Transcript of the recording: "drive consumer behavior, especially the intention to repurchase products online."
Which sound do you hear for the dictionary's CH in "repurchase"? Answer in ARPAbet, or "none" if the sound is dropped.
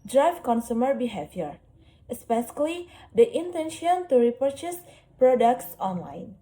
CH